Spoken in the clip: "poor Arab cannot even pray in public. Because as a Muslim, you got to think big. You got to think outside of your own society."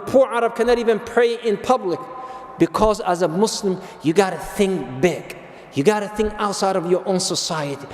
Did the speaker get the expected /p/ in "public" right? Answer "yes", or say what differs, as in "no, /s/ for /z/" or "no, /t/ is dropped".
yes